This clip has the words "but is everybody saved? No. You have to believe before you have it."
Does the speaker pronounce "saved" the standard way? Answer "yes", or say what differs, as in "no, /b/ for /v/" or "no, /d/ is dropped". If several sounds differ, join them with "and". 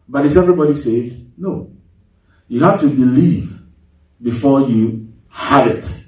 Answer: no, /v/ is dropped